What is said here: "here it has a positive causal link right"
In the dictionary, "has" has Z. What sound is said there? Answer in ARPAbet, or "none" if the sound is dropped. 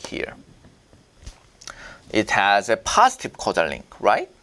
Z